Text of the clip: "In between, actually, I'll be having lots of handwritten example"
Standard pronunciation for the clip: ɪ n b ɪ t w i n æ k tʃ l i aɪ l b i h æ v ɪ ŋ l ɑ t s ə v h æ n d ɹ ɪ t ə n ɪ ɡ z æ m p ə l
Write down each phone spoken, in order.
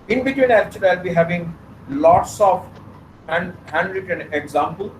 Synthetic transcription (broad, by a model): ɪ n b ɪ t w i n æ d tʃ i aɪ l b i h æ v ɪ ŋ l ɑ t s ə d h æ n d ɹ ɪ t ə n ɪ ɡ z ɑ m p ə l